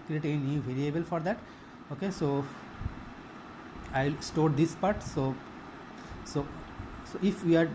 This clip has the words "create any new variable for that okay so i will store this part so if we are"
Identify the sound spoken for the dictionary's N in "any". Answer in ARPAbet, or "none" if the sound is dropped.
none